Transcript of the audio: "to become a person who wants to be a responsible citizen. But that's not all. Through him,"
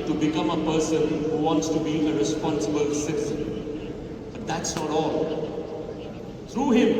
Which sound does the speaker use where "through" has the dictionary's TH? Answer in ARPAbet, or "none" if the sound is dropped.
T